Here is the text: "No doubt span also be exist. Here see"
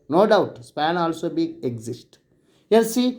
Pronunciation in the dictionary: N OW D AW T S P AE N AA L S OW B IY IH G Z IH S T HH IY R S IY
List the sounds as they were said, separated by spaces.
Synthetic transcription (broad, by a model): N OW D AW T S P AE N AA L S OW B IY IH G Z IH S T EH L S IY